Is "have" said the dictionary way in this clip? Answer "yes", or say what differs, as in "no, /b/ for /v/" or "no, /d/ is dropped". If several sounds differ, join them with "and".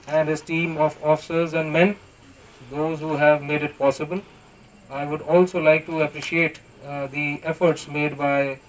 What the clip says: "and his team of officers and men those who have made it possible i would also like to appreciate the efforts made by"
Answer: yes